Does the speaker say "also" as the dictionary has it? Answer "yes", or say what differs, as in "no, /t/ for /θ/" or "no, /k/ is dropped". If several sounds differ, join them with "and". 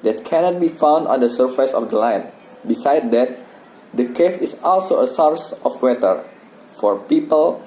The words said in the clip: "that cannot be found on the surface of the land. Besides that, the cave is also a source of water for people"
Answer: yes